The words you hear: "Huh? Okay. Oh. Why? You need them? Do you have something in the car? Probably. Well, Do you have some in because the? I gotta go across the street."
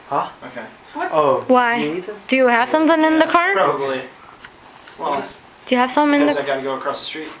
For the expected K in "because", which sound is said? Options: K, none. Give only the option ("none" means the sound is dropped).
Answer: none